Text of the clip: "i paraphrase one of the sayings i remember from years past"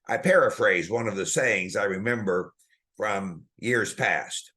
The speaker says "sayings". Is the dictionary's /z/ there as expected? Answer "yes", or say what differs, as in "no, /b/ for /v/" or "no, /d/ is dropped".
yes